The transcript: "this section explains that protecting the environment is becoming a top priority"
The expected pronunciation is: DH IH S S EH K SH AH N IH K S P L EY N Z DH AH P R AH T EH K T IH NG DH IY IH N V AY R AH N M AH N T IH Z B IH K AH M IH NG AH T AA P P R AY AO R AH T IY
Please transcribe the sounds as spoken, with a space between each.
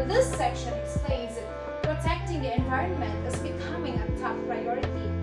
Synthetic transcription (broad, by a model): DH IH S S EH K SH AH N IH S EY Z P R AH T EH K T IH NG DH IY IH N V AY R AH N M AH N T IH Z B IH K AH M IH NG AH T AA F P R AY AO R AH T IY